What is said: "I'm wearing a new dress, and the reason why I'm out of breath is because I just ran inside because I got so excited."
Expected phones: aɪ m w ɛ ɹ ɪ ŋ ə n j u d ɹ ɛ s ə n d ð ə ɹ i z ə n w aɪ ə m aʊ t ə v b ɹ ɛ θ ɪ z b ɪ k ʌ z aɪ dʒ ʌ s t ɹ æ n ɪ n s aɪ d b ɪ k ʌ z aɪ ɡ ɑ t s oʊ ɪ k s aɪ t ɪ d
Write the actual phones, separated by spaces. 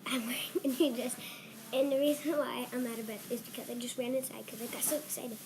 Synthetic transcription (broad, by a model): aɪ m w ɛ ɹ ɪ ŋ ə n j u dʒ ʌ s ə n ð ə ɹ i z ə n w aɪ ə m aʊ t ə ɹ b ɛ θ ɪ z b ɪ k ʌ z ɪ dʒ ʌ s t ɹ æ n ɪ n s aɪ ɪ k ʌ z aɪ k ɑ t s oʊ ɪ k s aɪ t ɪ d